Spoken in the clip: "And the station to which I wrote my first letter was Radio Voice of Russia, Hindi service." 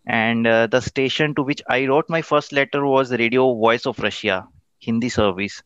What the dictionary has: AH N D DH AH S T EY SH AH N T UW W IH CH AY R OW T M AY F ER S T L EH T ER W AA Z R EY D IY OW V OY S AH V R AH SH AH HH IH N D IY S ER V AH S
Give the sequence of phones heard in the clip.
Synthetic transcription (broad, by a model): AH N D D AH S T EY SH AH N T UW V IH CH AY R OW T M AY F ER S T L EH T ER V AA Z R EY D IY OW V OY S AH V R AH SH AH HH IH N D IY S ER V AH S